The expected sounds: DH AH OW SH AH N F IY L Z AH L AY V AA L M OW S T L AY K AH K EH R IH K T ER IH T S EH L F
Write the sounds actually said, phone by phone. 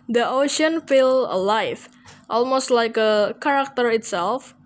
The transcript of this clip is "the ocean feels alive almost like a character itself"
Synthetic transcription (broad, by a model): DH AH OW SH AH N F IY L AH L AY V AA L M OW S T L AY K AH K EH R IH K T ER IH T S EH L F